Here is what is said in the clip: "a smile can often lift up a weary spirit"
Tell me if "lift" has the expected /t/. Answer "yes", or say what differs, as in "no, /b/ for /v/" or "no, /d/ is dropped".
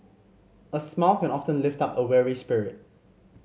yes